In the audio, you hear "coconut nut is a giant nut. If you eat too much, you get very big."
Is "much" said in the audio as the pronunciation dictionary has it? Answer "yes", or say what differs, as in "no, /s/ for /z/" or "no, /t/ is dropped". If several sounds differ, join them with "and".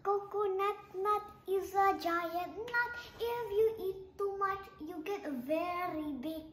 yes